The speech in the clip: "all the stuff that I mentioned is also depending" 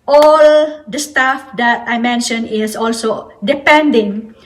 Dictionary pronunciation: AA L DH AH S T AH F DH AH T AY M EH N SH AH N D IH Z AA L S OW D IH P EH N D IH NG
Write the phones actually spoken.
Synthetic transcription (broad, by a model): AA L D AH S T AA F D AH T AY M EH N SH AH N IH S AA L S OW D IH P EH N D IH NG